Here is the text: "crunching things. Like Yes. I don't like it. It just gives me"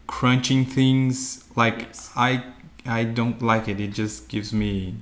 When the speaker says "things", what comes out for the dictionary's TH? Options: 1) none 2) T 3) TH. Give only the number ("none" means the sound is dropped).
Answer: 3